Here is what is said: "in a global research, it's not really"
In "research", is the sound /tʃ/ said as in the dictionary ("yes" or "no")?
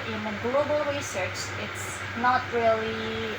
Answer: yes